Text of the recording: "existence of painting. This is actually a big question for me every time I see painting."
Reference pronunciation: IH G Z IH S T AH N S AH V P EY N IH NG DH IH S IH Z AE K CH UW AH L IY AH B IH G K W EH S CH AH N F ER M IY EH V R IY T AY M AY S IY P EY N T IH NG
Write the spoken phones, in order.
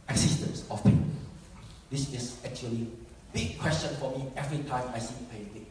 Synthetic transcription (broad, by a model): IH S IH S T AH N S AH F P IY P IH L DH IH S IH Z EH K CH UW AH L IY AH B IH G K W EH S CH AH N F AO M IY EH V R IY T AY M AY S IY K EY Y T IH